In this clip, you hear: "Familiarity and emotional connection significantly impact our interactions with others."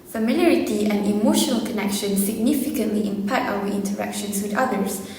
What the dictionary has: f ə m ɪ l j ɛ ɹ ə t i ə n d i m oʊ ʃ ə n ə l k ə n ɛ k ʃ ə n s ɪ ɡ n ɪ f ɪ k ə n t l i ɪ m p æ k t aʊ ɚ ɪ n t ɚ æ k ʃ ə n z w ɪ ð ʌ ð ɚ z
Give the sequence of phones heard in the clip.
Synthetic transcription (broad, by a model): f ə m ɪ l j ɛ ɹ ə t i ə n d i m oʊ ʃ ə n ə l k ə n ɛ k ʃ ə n s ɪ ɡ n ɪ f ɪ k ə n t l i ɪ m p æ t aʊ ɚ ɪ n t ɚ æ k ʃ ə n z w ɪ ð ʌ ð ɚ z